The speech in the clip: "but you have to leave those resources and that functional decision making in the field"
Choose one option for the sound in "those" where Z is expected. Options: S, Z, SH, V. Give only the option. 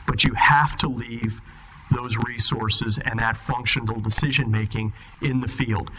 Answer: Z